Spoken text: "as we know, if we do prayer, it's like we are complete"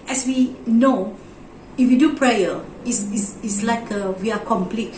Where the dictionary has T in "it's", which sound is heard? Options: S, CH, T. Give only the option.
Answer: S